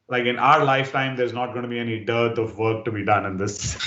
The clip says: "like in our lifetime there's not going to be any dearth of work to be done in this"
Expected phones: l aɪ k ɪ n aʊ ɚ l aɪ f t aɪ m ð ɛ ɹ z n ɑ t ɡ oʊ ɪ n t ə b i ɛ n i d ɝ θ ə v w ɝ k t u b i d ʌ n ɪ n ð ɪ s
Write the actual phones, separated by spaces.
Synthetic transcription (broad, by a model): l aɪ k ɪ n aʊ ɚ l aɪ f t aɪ m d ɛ ɹ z n ɑ t ɡ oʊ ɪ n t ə b i ɛ n i d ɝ t ə v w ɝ k t u b i d ʌ n ɪ n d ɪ s